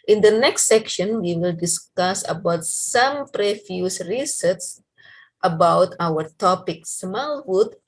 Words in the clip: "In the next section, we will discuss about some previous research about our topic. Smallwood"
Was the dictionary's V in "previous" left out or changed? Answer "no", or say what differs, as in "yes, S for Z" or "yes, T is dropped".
yes, F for V